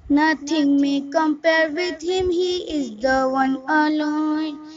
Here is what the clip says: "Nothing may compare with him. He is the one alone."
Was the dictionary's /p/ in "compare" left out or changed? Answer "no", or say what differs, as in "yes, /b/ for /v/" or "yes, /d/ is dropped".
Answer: no